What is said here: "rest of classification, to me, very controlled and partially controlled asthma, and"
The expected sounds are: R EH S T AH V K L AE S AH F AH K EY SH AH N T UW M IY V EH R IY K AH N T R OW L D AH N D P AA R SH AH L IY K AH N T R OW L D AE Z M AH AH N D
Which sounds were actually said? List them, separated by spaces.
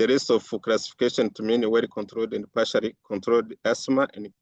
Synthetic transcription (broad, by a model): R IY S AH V K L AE S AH F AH K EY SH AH N T UW M IY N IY W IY K AH N T R OW L D AH N D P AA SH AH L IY K AH N T R OW L D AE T M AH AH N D